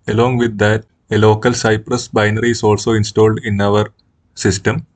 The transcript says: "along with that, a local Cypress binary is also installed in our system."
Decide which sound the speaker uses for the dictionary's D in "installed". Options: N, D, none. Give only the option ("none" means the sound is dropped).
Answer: D